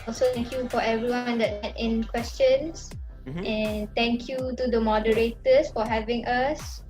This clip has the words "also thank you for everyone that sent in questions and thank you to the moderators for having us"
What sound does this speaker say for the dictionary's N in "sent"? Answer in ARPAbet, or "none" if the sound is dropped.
none